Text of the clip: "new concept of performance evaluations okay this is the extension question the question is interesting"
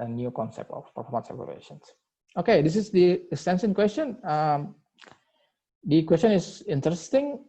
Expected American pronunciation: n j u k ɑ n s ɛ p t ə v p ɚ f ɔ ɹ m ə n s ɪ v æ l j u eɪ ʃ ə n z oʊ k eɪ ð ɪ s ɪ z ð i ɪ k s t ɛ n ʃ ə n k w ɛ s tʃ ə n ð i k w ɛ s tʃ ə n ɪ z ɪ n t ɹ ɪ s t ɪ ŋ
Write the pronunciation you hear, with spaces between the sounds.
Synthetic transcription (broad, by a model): n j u k ɑ n s ɛ p t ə f p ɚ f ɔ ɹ m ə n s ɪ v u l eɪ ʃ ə n s oʊ k eɪ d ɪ s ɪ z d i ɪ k s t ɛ n s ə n k w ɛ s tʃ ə n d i k w ɛ s tʃ ə n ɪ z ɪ n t ɹ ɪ s t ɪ ŋ